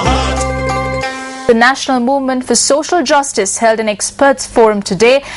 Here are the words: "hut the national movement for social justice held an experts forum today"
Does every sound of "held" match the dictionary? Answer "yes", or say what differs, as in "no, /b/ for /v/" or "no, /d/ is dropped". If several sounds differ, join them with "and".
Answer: yes